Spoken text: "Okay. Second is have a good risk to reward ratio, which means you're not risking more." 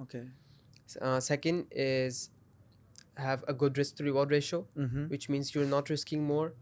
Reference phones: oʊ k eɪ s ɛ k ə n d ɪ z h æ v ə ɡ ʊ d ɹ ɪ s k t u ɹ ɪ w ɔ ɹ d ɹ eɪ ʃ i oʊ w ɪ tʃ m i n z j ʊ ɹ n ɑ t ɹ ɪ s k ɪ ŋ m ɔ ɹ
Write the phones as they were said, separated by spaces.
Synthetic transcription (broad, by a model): oʊ k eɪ s ɛ k ə n d ɪ z h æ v ə ɡ ʊ d ɹ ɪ s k t u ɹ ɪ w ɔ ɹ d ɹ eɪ ʃ oʊ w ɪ tʃ m i n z j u ɹ n ɑ t ɹ ɪ s k ɪ ŋ m ɔ ɹ